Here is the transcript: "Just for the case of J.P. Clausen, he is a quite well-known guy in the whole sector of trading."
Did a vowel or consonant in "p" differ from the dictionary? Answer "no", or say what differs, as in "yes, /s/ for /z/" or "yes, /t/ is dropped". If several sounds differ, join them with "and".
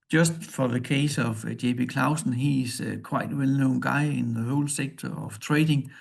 yes, /b/ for /p/